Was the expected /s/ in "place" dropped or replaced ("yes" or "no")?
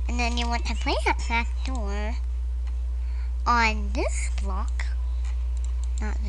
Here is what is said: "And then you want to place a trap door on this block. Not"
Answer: yes